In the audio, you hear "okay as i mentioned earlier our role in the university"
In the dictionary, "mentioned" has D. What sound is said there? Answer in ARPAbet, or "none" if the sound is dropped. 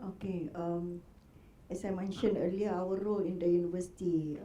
none